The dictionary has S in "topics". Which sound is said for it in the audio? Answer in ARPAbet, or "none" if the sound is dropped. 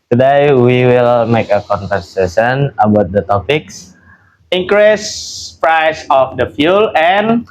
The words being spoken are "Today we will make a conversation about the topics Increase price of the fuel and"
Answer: S